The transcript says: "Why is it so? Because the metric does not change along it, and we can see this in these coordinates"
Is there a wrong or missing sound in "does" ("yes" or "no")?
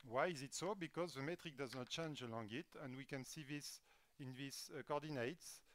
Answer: no